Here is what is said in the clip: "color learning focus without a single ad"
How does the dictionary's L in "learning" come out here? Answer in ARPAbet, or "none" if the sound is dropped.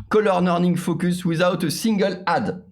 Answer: N